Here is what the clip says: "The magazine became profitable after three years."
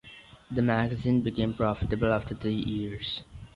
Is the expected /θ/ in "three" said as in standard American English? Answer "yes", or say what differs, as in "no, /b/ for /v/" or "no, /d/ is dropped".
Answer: no, /t/ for /θ/